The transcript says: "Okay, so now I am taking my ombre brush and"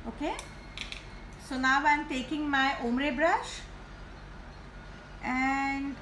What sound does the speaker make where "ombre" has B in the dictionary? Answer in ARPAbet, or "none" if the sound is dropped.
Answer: none